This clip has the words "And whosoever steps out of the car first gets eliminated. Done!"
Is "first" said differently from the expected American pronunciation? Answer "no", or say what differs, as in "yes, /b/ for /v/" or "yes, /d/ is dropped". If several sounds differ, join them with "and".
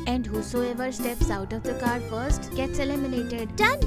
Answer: no